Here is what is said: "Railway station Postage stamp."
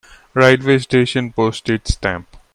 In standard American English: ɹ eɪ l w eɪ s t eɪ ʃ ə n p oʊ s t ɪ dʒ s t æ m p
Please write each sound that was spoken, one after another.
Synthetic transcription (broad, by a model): ɹ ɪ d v eɪ s t eɪ ʃ ə n p oʊ s t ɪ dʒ s t æ m p